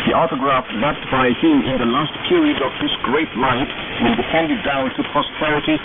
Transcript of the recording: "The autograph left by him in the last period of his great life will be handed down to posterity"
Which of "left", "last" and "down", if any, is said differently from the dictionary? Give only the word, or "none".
left